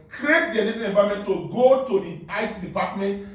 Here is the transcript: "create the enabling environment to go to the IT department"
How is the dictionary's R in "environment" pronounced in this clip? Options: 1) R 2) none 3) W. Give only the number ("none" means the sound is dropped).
2